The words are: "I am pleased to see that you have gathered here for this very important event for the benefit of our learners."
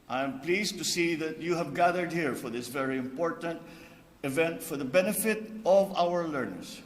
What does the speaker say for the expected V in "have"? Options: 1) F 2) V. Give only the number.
2